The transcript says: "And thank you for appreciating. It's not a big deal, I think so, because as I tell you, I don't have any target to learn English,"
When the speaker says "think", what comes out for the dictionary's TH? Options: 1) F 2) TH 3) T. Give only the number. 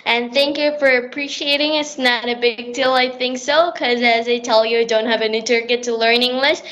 2